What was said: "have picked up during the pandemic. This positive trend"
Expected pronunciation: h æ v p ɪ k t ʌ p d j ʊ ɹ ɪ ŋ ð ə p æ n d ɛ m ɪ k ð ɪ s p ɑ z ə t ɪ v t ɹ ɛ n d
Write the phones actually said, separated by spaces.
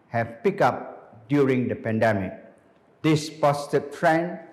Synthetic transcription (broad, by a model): h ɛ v p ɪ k ɑ p d j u ɹ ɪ ŋ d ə p æ n d ɛ m ɪ k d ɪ s p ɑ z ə t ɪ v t ɹ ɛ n